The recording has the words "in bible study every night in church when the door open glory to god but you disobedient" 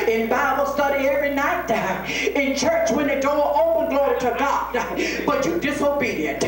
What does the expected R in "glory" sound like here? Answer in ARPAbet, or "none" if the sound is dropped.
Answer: R